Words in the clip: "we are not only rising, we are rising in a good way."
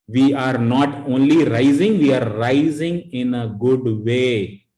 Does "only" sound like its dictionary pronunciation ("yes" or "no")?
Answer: yes